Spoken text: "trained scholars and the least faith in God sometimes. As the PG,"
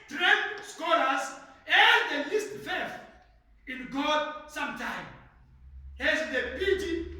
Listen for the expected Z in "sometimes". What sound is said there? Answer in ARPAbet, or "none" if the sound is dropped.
none